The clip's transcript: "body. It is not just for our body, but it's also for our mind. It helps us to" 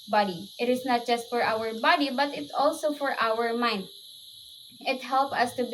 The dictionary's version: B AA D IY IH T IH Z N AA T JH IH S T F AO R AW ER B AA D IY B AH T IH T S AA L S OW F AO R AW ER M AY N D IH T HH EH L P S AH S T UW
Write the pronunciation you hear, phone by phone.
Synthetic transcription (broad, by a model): B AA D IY IH T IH S N AA T JH IH S T F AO R AW ER B AA D IY B AH T IH T S AA L S OW F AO R AW ER M AY N D IH T HH EH L P AH S T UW